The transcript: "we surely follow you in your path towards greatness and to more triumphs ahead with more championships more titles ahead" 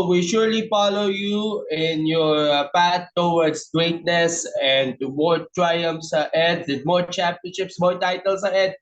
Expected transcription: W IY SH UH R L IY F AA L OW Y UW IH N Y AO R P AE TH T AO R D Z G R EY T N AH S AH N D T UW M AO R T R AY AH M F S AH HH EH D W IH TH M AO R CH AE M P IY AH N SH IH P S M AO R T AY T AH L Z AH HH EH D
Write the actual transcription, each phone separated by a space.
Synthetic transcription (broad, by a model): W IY SH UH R L IY F AA L OW Y UW IH N Y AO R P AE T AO W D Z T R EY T N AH S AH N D T UW M AO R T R AY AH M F S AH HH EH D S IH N M AO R CH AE P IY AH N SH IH P S M AO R T AY T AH L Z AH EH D